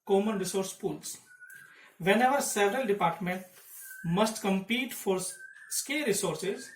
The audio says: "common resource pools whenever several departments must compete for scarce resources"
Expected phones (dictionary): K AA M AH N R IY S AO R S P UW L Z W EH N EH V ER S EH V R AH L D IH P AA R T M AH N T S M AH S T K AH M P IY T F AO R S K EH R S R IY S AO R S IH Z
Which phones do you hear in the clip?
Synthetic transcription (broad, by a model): K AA M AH N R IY S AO R S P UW L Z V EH N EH V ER S EH V R AH L D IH P AA R T M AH N T M AH S T K AH M P IY T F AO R S K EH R R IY S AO R S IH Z